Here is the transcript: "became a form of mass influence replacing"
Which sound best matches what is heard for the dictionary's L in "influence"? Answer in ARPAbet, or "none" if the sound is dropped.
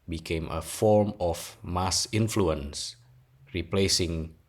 L